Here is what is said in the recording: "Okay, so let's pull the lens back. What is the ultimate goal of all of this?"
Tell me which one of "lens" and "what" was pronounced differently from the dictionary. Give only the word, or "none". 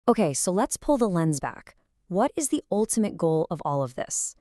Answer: none